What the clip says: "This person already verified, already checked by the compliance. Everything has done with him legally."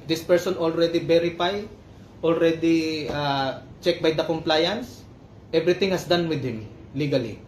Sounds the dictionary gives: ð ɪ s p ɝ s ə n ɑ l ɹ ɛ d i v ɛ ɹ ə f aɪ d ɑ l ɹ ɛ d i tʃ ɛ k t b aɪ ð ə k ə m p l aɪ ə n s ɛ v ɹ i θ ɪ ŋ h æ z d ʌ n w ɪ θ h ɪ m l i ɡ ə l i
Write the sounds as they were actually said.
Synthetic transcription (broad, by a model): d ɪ s p ɝ s ə n ɑ l ɹ ɛ d i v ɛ ɹ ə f aɪ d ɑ l ɹ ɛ d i tʃ ɛ k b aɪ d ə k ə m p l aɪ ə n s ɛ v ɹ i t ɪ ŋ h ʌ s d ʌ n w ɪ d h ɪ m l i ɡ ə l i